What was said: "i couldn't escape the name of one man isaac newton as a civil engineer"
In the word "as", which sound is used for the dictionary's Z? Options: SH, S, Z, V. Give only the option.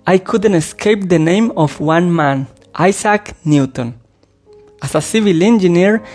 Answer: S